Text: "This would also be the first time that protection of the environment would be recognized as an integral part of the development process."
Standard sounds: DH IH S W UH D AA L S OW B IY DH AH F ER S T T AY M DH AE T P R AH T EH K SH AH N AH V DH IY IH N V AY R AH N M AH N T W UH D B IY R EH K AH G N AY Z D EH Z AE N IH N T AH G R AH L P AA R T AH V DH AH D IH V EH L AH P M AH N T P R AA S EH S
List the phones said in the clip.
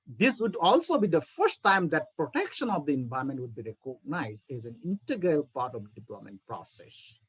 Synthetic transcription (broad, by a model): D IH S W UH D AA L S OW B IY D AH F ER S T T AY M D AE T P R AH T EH K SH AH N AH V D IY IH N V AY AH M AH N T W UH D B IY R EH K AH G N AY Z D EH Z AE N IH N T AH G R AH L P AA R T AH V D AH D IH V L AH M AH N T P R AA S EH S